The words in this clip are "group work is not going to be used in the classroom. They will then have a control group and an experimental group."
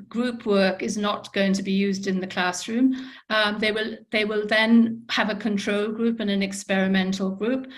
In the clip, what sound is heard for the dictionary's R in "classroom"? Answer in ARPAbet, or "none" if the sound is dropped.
R